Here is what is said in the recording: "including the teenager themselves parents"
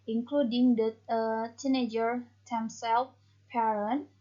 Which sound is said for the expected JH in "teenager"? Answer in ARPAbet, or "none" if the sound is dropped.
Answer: JH